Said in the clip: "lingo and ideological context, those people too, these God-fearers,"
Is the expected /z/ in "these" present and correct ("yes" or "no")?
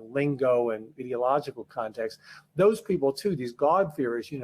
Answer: yes